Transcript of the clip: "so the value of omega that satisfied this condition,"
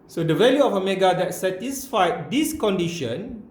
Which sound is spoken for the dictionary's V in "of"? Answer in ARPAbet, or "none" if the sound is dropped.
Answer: F